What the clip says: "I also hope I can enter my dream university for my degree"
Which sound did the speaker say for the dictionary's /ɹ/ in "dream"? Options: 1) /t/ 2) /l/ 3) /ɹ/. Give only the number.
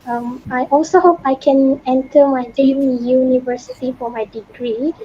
2